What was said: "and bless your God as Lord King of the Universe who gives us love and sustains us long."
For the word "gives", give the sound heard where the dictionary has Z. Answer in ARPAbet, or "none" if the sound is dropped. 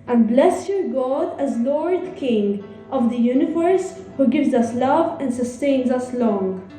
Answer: Z